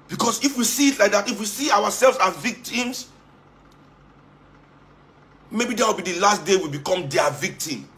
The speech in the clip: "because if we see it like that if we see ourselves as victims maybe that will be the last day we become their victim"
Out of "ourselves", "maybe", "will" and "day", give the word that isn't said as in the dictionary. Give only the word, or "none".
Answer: ourselves